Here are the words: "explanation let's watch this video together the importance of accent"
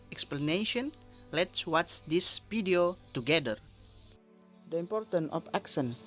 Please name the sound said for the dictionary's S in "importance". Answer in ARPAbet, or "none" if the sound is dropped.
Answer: none